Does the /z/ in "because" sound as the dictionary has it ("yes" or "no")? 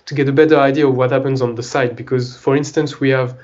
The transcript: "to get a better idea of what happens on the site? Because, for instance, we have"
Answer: yes